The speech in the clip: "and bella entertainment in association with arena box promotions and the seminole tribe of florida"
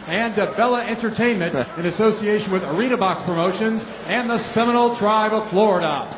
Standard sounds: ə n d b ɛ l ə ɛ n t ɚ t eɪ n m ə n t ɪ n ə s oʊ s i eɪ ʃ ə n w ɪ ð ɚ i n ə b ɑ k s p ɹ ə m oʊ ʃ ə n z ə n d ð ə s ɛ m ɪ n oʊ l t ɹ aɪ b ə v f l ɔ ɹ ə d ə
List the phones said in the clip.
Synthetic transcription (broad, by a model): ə n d b ɛ l ə ɛ n t ɚ t eɪ n m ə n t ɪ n ə s oʊ s i eɪ ʃ ə n w ɪ ð ɚ i n ə b ɑ k s p ɹ ə m oʊ ʃ ə n z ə n ð ə s ɛ m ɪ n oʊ l t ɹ aɪ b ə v f l ɔ ɹ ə d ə